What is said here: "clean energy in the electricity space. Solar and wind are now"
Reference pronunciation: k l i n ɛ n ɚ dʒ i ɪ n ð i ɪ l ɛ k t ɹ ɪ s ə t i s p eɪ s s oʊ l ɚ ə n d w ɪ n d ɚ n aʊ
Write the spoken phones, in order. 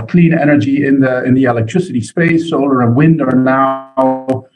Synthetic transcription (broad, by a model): k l i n ɛ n ɚ dʒ i ɪ n ð i ɪ l ɛ k t ɹ ɪ s ə t i s p eɪ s s oʊ l ɚ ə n w ɪ n d ɚ n aʊ